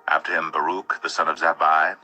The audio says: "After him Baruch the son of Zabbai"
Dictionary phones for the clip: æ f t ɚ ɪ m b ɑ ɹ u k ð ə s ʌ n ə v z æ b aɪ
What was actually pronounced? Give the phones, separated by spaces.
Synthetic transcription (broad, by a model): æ f t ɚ ɪ m b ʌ ɹ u k ð ə s ʌ n ə v z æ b aɪ